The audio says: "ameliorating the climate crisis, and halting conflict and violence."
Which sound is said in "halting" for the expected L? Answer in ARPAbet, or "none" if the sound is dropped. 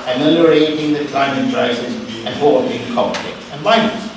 none